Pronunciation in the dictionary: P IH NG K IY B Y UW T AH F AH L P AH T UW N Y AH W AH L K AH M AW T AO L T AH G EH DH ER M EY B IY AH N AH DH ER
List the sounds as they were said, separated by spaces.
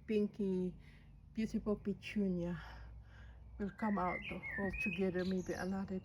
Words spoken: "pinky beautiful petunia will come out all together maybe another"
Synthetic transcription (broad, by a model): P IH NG K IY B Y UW S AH P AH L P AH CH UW N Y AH W AH L K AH M AW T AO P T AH G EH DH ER M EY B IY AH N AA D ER